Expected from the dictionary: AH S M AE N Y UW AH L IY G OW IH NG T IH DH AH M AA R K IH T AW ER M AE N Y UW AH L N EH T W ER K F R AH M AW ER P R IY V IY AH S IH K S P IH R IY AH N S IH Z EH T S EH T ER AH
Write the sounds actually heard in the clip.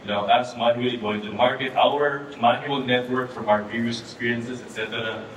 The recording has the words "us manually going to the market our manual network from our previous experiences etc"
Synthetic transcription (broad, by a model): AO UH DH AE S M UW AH IY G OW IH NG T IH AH M AA R K IH T AW ER M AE N Y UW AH L N EH T W ER K F R AH M AW ER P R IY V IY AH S IH K S P IH R IY AH N S IH Z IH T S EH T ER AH